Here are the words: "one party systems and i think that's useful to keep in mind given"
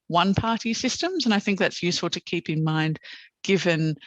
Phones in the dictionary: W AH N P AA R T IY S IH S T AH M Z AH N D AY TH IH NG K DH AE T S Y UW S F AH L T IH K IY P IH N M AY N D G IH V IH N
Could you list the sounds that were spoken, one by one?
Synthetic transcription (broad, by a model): W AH N P AA R T IY S IH S T AH M Z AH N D AY TH IH NG K DH AE T S Y UW S F AH L T IH K IY P IH N M AY N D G IH V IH N